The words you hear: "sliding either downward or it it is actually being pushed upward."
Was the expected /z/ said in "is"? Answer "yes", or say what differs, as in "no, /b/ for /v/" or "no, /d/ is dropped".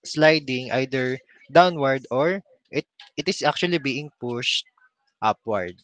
no, /s/ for /z/